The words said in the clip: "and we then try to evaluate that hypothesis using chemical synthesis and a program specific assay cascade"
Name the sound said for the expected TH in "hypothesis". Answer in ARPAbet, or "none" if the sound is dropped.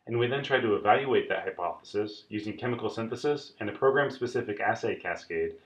TH